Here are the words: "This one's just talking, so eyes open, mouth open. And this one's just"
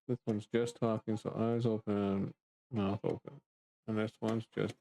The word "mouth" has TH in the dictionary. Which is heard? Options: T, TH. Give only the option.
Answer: TH